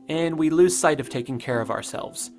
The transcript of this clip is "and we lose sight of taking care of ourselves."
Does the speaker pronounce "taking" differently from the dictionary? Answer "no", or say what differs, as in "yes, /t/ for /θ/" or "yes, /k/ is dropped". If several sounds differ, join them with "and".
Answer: no